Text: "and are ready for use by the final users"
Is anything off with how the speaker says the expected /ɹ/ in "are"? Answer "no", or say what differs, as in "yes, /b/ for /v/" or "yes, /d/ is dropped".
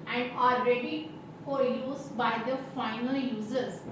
yes, /l/ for /ɹ/